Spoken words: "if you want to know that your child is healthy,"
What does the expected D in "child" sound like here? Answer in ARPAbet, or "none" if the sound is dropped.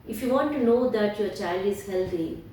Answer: D